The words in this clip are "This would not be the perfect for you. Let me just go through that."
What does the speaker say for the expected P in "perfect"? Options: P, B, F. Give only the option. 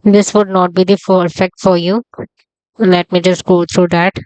F